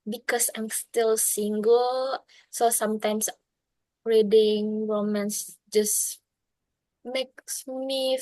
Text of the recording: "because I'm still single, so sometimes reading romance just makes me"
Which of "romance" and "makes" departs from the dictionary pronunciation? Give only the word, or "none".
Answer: none